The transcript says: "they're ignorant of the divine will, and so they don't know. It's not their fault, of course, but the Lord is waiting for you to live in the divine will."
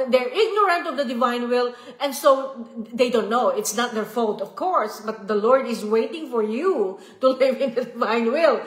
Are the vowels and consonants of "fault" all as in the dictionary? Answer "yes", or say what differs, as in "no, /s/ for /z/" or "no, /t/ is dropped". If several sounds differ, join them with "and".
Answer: yes